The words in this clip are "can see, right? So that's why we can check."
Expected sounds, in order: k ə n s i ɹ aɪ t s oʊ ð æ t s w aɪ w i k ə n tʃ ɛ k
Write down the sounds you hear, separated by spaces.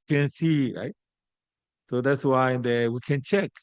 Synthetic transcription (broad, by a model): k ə n s i ɹ aɪ t s oʊ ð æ t s w aɪ w i k ə n tʃ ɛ k